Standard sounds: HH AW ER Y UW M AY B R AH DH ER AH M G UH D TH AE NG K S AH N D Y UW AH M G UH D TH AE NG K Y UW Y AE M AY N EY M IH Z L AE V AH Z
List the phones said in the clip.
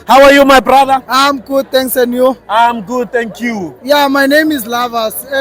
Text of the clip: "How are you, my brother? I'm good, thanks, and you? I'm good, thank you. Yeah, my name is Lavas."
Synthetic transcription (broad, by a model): HH AW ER Y UW M AY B R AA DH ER AH M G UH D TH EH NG K S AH N Y UW AH M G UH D T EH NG K Y UW Y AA M AY N EY M IH Z L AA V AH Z